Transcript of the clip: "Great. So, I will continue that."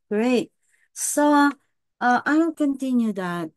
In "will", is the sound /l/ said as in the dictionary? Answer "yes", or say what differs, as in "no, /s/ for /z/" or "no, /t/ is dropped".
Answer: no, /n/ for /l/